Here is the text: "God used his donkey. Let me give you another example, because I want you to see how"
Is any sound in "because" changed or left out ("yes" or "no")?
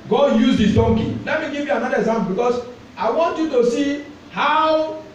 yes